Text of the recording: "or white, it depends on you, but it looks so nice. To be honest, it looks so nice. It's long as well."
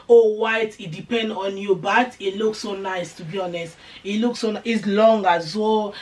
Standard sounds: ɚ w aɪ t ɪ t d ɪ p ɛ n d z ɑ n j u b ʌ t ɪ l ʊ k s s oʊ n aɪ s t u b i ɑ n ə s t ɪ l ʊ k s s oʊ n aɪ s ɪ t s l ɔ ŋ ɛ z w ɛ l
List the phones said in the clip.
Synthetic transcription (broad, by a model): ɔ w aɪ t ɪ t d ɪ p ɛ n d ɑ n j u b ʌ t ɪ l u k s s oʊ n aɪ s t u b i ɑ n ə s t ɪ l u k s s oʊ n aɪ ɪ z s l ɔ ŋ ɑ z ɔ